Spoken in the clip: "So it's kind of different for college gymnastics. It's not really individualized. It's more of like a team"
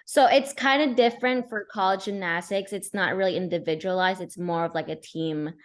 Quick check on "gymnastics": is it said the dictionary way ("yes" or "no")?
no